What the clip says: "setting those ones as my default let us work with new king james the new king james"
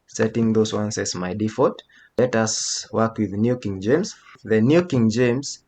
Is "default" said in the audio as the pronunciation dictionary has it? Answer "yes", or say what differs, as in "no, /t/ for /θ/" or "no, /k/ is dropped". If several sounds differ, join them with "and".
no, /l/ is dropped